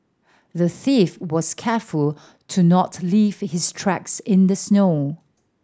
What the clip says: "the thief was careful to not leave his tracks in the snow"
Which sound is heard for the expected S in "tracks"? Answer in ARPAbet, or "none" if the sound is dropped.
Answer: S